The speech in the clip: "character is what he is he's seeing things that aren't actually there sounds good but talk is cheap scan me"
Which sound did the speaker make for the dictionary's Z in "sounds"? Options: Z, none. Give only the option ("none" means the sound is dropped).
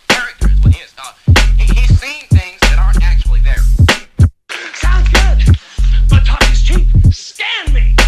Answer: none